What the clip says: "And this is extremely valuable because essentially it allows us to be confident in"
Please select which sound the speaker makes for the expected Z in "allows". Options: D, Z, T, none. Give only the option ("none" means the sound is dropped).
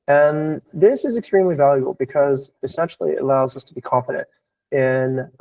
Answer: Z